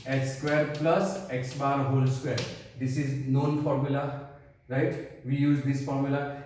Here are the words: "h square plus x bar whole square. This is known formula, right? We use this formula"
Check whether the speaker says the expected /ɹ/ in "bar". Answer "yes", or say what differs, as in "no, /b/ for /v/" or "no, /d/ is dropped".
yes